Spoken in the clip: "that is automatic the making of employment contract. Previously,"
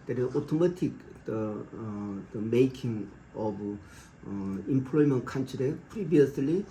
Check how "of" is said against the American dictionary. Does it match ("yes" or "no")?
no